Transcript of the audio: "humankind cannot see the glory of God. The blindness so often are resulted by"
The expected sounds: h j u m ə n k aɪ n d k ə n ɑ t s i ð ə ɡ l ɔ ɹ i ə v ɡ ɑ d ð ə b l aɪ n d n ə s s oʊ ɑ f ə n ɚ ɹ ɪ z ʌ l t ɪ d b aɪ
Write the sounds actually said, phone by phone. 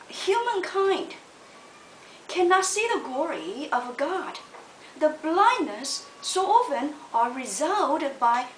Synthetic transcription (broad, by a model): h j u m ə n k aɪ n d k ə n ɑ t s i ð ə ɡ l ɔ ɹ i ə v ɡ ɑ d ð ə b l aɪ n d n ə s s oʊ ɑ f ə n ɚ ɹ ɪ z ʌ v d b aɪ